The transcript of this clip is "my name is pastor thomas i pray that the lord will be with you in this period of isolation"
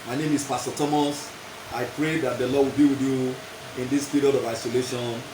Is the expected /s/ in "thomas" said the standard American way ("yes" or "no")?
yes